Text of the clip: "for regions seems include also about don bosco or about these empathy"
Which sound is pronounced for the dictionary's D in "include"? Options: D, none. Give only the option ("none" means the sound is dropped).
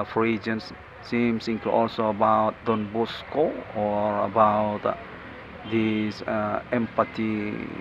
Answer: none